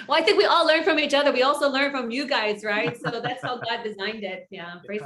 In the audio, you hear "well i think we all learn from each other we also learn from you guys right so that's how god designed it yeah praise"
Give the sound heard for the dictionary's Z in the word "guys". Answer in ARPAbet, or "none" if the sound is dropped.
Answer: Z